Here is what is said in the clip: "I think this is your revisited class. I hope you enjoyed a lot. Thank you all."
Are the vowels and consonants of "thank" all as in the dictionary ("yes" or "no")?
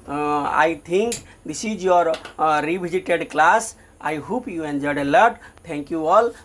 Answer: no